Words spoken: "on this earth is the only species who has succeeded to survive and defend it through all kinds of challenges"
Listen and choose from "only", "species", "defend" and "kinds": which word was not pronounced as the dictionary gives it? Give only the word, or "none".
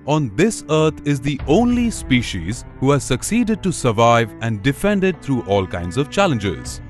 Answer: none